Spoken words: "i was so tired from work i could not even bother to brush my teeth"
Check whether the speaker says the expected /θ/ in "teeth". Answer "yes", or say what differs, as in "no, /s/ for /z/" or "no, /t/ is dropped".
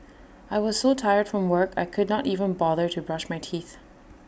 yes